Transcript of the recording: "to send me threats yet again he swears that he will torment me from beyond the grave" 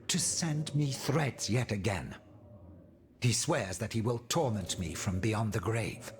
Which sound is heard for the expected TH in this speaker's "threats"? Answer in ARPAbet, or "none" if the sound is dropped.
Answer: TH